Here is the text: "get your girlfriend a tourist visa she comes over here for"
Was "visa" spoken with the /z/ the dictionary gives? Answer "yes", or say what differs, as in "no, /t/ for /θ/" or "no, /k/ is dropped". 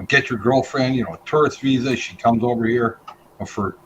yes